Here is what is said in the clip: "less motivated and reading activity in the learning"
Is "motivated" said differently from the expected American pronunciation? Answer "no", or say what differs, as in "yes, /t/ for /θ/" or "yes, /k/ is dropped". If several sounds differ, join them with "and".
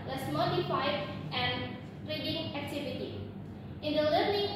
yes, /f/ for /v/